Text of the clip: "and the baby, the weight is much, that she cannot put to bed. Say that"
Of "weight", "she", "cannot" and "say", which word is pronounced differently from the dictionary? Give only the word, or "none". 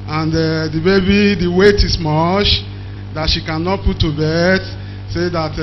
none